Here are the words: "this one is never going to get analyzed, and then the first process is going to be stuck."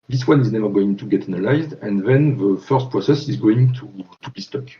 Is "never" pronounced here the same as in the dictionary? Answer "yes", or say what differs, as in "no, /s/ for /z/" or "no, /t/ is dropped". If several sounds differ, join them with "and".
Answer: yes